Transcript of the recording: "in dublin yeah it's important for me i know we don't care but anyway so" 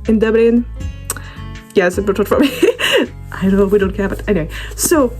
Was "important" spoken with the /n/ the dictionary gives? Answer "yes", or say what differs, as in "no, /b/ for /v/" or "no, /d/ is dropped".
no, /n/ is dropped